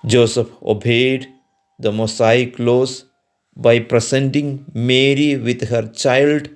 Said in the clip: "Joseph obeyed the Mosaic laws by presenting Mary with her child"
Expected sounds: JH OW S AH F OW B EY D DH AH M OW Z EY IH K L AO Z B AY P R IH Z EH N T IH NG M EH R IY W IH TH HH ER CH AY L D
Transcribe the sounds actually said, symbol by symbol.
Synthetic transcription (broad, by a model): JH OW S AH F OW B EY D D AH M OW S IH K L AO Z B AY P R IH S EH N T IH NG M EH R IY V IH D HH ER CH AY L D